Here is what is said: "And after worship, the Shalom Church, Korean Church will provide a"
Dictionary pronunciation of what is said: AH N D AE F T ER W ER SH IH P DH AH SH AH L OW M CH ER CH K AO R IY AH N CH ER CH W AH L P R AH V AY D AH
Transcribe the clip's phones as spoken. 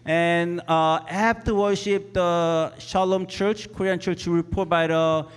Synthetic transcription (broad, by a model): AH N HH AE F T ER W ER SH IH P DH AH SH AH L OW M CH ER CH K AO R IY AH N CH ER CH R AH P AH B AY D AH